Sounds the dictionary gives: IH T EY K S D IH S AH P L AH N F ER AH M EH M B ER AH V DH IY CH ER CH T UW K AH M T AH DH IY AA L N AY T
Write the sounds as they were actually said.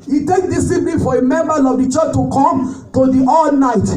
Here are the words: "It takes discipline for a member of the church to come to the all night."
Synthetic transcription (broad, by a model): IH T EY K D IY S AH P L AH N F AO AH M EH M B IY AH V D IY CH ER CH T UW K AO M T AH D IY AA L N AY T